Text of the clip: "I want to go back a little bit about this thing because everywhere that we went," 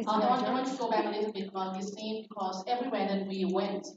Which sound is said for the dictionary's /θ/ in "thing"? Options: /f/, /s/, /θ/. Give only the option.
/s/